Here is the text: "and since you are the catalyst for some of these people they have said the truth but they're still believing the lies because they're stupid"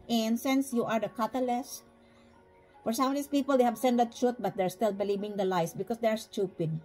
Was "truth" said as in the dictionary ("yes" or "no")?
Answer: no